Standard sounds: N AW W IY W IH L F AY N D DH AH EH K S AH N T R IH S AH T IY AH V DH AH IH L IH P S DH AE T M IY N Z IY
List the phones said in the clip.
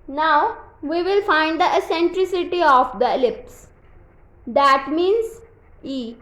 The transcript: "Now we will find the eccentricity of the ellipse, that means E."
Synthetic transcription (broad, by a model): N AW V IY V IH L F AY N D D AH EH S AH N T R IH S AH T IY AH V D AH L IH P S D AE T M IY N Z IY